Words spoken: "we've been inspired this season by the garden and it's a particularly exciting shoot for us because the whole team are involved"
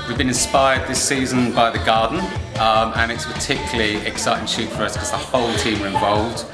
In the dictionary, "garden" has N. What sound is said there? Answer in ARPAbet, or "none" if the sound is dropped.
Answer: none